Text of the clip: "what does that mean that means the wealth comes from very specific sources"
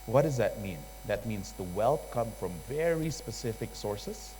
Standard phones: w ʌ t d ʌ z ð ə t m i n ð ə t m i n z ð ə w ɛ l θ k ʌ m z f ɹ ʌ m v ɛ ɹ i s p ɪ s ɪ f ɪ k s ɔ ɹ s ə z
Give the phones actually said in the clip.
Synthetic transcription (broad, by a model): w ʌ t d ʌ z ð ə t m i n ð ə t m i n z ð ə w ɛ l θ k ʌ m f ɹ ʌ m v ɛ ɹ i s p ɪ s ɪ f ɪ k s ɔ ɹ s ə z